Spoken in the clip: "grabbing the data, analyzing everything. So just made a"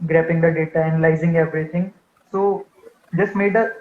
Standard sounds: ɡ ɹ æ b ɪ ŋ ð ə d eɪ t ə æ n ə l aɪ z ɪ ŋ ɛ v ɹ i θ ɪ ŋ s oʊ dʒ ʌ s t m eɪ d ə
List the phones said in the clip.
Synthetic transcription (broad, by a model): ɡ ɹ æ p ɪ ŋ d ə d eɪ t ə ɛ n l aɪ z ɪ ŋ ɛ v ɹ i t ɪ ŋ s oʊ dʒ ʌ s t m eɪ d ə